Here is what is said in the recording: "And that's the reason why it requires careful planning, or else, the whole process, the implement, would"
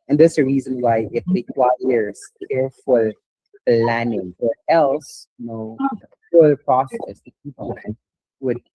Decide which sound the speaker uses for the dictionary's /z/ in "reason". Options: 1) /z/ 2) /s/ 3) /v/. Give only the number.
1